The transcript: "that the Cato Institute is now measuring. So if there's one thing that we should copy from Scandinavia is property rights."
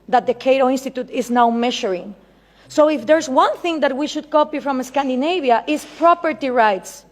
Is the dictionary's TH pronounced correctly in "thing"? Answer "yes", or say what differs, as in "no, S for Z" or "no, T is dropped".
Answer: yes